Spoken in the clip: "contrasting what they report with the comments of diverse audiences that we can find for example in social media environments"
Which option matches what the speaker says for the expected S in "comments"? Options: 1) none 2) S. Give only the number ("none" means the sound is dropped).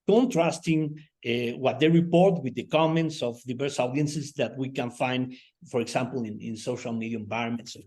2